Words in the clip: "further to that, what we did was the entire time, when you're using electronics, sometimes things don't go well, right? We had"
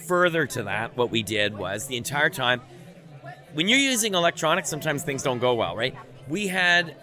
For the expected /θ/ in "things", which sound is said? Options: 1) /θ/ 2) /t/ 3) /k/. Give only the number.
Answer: 1